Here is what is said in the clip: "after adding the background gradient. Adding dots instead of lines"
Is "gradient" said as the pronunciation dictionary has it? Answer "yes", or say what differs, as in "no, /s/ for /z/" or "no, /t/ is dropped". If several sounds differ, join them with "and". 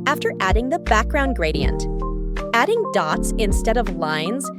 yes